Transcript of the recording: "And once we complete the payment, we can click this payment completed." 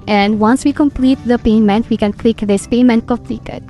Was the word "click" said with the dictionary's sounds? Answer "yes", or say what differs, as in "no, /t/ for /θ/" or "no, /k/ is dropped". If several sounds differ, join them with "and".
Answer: yes